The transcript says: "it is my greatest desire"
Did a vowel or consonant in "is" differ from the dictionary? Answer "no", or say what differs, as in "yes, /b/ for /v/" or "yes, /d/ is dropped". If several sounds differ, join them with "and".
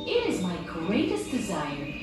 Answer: no